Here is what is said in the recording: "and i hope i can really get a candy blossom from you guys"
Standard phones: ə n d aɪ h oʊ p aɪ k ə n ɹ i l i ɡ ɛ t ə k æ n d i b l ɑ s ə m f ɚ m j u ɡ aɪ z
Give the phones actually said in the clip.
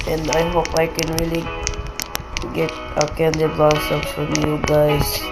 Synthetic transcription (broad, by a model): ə n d aɪ h oʊ p aɪ k ə n ɹ i l i ɡ ɛ t ə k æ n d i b ɑ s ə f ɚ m j u ɡ aɪ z